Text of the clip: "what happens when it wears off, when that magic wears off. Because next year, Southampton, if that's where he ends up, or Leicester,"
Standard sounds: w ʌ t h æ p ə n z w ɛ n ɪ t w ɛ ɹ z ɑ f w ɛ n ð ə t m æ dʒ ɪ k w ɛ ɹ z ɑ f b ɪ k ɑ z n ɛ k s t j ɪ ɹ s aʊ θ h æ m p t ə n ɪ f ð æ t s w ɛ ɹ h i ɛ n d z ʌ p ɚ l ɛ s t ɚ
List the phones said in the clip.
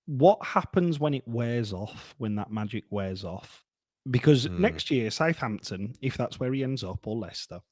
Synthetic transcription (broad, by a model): w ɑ t h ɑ p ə n z w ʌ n ɪ t w ɛ z ɑ f w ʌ n ð ə t m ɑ dʒ ɪ k w ɛ z ɑ f b ɪ k ɑ z n ɛ k s t j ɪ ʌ s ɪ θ h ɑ m p t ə n ɪ f ð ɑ t s w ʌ ɹ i ɛ n d z ʌ p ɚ l ɛ s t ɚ